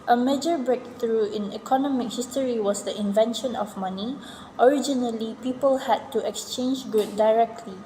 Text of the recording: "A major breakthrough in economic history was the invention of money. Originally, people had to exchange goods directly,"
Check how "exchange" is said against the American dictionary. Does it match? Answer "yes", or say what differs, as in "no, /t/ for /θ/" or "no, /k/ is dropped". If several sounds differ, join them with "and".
yes